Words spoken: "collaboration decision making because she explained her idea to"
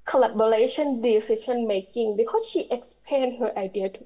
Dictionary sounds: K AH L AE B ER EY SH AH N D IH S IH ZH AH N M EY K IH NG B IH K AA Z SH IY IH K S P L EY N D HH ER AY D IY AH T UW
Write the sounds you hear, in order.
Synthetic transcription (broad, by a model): K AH L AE B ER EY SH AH N D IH S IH SH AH N M EY K IH NG B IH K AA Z SH IY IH K S P EY N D HH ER AY D IY AH T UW